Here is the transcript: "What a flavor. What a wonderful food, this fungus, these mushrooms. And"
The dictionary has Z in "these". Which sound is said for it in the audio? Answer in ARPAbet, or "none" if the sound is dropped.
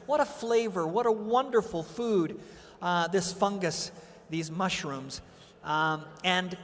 Z